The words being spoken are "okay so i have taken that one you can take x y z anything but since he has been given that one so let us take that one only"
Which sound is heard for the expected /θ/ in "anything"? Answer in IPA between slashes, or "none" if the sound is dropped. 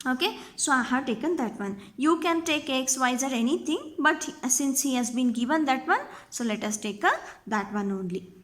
/t/